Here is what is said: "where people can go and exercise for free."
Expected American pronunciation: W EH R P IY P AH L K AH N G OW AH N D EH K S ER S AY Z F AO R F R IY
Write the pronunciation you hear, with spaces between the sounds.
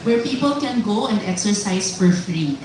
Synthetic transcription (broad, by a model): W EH R P IY P AH L K AH N G OW AH N D EH K S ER S AY S F AO R F R IY